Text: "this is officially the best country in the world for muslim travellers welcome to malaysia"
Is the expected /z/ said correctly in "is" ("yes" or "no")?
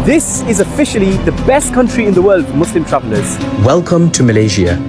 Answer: yes